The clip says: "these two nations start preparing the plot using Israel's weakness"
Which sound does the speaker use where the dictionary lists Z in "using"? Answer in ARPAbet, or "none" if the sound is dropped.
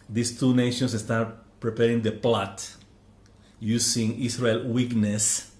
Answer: S